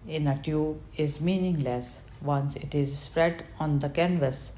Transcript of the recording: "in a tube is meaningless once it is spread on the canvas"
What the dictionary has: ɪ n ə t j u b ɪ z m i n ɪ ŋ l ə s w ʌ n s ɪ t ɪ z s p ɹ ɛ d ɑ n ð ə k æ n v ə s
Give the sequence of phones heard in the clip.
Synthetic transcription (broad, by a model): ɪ n ə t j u ɪ z m i n ɪ ŋ l ə s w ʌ n s ɪ t ɪ z s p ɹ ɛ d ɑ n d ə k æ n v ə s